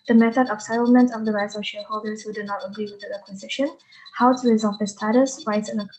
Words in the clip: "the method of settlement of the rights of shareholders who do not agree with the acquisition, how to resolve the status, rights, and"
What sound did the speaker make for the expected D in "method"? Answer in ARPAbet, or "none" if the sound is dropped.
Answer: D